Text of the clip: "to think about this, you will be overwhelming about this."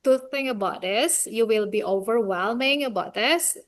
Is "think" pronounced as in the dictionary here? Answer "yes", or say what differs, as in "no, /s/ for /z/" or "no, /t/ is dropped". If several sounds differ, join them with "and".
no, /k/ is dropped